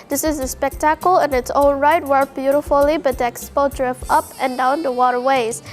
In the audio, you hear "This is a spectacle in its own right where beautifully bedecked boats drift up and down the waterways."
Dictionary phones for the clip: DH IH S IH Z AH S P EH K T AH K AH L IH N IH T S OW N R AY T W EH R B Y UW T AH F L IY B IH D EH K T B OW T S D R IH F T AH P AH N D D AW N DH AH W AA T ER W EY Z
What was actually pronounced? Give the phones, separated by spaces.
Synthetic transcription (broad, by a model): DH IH S IH Z AH S P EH K T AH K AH L IH N IH T S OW L R AY T W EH R B Y UW T AH F L IY B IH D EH K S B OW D R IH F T AH P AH N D D AW N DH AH W AA T ER W EY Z